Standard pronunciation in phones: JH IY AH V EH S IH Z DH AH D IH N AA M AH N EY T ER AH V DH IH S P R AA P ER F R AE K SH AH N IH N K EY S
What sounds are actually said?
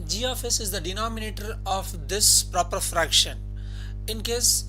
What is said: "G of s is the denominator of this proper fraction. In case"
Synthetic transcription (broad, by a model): JH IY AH F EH S IH Z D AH D IH N AA M AH N EY T ER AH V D IH S P R AA P ER F R AE K SH AH N IH N K EY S